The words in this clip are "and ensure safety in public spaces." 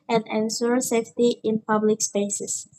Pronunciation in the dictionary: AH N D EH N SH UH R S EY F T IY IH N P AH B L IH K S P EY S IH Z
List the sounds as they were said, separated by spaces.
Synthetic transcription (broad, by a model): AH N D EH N S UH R S EY F T IY IH N P AH B L IH K S P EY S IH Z